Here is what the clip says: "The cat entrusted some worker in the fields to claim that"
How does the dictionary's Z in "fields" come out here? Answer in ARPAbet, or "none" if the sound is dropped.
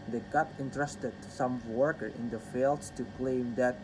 none